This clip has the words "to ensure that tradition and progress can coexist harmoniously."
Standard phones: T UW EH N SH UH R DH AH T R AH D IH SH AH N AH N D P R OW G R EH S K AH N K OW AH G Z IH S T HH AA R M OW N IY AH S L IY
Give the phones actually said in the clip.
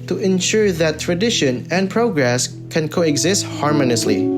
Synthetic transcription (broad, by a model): T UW EH N SH UH R DH AH T R AH D IH SH AH N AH N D P R OW G R EH S K AH N K OW AH G Z IH S T HH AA R M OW N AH S L IY